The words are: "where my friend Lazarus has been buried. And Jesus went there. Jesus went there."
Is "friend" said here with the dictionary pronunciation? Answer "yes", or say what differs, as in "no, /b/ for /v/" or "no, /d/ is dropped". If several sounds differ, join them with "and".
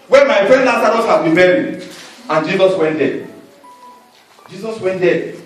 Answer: yes